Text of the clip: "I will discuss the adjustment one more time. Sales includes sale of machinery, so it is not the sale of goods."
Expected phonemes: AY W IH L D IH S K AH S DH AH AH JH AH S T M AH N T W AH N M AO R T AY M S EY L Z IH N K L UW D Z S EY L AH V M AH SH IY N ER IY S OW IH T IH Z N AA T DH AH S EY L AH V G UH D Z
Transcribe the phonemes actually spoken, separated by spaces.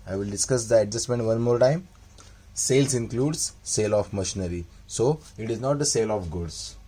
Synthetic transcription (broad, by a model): AY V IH L D IH S K AH S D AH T JH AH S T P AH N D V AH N M AO R T AY M S EY L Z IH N K L UW D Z S EY L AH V M AH SH IY N ER IY S OW IH T IH Z N AA T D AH S EY L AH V G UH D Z